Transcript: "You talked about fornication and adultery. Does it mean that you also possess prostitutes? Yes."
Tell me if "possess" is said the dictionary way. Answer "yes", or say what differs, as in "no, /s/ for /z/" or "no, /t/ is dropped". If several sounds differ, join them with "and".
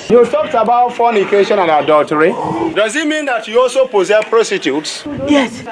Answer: no, /s/ is dropped